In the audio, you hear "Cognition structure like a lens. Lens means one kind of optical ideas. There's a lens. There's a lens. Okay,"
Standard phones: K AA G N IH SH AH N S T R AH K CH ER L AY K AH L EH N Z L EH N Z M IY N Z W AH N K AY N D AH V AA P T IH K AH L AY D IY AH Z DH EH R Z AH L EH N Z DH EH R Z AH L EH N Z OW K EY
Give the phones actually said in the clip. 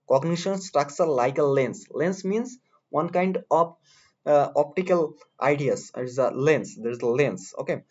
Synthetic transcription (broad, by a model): K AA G N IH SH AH N S T R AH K S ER L AY K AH L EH N S L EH N S M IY N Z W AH N K AY N D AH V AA P T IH K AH L AY D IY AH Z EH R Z AH L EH N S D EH R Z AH L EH N S OW K EY